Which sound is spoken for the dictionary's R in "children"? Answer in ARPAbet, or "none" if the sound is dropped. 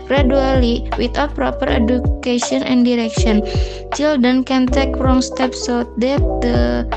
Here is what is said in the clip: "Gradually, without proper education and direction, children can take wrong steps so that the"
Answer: none